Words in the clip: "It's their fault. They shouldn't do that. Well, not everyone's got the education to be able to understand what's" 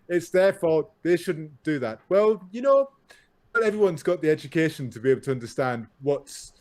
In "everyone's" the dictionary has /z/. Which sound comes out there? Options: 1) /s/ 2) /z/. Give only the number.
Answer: 2